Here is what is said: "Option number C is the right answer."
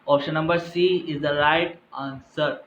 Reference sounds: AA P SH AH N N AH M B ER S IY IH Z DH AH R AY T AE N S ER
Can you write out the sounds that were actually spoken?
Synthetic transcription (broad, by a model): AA P SH AH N N AH M B ER S IY IH Z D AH R AY T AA N S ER